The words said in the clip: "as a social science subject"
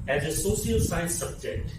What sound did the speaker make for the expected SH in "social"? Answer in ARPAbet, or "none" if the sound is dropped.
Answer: S